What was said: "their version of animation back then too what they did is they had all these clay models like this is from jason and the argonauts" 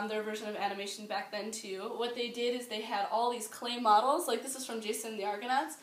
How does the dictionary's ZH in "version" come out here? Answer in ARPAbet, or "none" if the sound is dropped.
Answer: ZH